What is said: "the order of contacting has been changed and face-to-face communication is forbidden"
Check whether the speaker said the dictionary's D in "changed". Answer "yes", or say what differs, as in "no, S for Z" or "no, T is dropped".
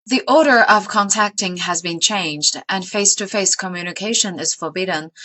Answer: yes